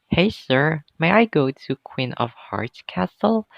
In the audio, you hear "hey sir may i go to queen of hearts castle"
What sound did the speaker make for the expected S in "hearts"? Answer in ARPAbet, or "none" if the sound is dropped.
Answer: none